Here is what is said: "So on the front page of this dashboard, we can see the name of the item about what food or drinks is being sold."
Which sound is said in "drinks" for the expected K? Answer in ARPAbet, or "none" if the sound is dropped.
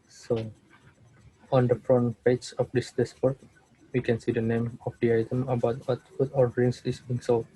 none